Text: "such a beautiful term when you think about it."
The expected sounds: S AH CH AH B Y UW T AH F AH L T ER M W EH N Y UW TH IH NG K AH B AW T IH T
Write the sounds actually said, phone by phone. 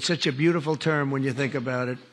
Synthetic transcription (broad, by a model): S AH CH AH B Y UW T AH F L T ER M W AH N Y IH TH IH NG K AH B AW T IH T